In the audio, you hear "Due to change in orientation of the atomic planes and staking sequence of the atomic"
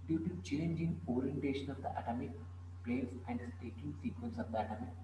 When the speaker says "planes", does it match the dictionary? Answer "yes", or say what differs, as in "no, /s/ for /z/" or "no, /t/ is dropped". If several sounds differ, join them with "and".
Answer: no, /n/ is dropped